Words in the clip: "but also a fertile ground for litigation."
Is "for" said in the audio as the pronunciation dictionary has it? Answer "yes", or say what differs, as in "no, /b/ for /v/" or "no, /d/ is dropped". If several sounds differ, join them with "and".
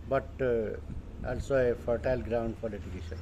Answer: no, /p/ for /f/